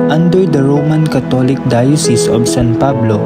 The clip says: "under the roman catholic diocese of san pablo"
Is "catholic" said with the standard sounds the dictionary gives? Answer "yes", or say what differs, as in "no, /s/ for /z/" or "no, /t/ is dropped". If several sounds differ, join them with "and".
no, /t/ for /θ/